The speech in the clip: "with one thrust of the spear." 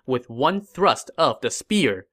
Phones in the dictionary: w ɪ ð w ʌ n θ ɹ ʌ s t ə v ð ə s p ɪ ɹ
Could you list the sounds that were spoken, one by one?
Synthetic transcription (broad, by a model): w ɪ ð w ʌ n θ ɹ ʌ s t ə v ð ə s p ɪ ɹ